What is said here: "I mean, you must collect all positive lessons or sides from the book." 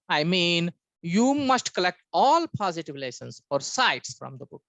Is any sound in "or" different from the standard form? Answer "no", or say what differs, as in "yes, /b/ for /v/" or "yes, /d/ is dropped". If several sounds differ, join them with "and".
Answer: no